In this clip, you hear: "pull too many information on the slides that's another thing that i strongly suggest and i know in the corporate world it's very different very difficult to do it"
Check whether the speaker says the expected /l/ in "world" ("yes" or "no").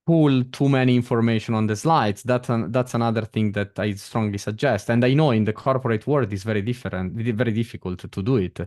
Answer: no